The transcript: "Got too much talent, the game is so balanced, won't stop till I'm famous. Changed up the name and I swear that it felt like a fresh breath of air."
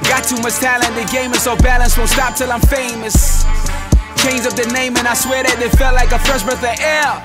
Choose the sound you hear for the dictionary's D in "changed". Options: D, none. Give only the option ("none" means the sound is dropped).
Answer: none